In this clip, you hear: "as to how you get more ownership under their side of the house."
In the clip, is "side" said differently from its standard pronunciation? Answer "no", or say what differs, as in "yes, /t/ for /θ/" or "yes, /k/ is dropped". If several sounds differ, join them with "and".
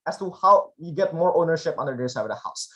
yes, /d/ is dropped